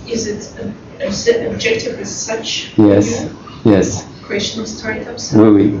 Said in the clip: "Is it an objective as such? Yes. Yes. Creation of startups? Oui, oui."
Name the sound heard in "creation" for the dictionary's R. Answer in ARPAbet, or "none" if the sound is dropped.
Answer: W